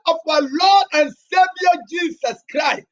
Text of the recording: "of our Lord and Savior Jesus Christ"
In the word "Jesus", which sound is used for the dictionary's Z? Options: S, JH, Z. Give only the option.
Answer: S